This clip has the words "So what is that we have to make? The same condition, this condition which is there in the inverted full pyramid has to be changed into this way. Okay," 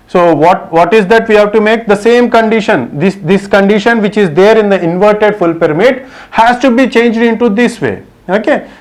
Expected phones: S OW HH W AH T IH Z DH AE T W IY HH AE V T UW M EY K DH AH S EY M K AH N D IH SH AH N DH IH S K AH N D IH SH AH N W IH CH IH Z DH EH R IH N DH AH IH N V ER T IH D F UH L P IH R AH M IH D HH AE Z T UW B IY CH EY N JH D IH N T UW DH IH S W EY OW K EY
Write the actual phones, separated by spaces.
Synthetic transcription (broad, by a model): S OW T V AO T IH Z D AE T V IY HH AE V T UW M EY K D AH S EY M K AH N D IH SH AH N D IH S K AH N D IH SH AH N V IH CH IH Z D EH R IH N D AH IH N V ER T IH D F UH L P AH R M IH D HH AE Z T UW B IY CH EY N JH D IH N T UW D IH S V EY OW K EY